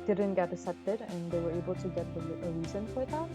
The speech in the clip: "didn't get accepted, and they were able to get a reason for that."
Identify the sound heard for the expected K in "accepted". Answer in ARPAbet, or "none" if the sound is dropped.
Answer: none